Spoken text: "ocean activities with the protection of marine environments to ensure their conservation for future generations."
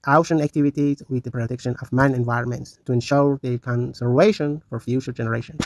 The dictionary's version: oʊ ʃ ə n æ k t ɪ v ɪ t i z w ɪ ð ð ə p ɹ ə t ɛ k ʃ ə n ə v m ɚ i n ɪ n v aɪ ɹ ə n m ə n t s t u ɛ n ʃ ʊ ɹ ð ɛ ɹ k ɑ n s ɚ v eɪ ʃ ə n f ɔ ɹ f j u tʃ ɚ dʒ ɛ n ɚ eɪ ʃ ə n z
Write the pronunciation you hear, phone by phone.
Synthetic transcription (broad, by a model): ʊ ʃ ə n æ k t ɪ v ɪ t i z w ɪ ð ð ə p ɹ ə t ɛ k ʃ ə n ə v m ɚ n ɪ n v aɪ ɹ ə n m ə n t s t u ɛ n ʃ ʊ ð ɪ k ɑ n s ɚ v eɪ ʃ ə n f ɔ ɹ f j u tʃ ɚ dʒ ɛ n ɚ eɪ ʃ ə n